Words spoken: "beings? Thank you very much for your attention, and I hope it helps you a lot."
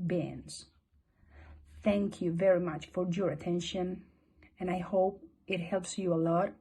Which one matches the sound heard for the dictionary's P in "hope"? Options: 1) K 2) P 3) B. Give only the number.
2